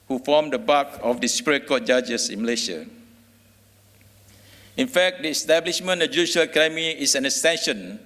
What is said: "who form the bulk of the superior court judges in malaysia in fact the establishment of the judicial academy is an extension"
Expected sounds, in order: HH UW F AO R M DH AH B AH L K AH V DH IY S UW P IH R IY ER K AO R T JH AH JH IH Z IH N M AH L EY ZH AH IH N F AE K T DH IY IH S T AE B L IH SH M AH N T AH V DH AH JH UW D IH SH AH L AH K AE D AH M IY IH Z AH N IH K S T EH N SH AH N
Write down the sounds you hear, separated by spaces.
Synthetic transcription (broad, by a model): HH UW F AO M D AH B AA K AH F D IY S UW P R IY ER K AO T JH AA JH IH S IH N M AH L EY SH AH IH N F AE K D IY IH S T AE B L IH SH M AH N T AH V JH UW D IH SH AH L K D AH M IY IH S AH N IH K S T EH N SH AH N